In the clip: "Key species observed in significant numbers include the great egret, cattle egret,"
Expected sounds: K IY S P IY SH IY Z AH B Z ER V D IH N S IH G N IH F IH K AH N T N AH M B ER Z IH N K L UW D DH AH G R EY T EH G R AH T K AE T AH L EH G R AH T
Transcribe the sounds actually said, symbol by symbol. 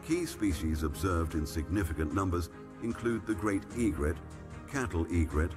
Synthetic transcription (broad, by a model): K IY S P IY SH IY Z AH B Z ER V D IH N S IH G N IH F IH K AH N N AH M B ER Z IH N K L UW D DH AH G R EY T EH G R AH T K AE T L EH G R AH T